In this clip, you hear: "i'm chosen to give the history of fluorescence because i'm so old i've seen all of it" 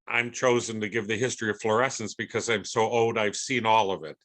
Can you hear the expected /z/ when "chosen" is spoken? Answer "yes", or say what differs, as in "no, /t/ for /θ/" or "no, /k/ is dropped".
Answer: yes